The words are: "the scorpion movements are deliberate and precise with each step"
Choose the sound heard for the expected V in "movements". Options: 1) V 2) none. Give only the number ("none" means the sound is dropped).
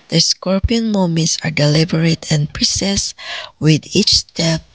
2